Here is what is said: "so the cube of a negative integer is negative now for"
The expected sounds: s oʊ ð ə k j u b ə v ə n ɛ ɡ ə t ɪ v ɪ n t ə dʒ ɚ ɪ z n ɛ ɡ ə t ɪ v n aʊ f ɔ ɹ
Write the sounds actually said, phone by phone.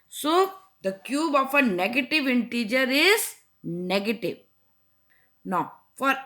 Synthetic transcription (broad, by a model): s oʊ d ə k j u b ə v ə n ɛ ɡ ə t ɪ v ɪ n t ə dʒ ɚ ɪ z n ɛ ɡ ə t ɪ v n aʊ f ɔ ɹ